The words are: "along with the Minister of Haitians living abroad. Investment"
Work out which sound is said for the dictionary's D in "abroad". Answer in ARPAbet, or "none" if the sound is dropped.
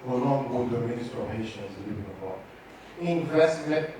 none